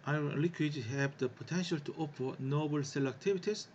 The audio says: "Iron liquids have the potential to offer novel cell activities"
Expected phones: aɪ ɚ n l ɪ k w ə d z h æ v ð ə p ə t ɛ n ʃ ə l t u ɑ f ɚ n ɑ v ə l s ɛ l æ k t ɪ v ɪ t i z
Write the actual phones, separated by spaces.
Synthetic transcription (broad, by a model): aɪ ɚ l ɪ k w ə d h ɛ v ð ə p ə t ɛ n ʃ ə l t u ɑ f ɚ n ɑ b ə l s ɛ l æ k t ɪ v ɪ t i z